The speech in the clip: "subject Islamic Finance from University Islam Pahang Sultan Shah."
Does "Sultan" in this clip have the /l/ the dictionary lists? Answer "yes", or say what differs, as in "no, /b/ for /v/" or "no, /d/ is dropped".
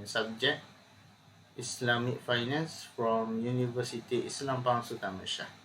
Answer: no, /l/ is dropped